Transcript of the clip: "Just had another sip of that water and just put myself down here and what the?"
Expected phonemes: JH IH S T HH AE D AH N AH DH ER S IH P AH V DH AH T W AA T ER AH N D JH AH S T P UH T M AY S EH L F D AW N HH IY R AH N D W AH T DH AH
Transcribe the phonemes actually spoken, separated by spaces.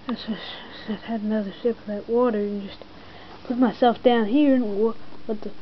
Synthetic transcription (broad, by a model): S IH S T HH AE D AH N AH DH ER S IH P AH V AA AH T W AA T ER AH N JH AH S T P UH T M AY S EH L F D AW N HH IY R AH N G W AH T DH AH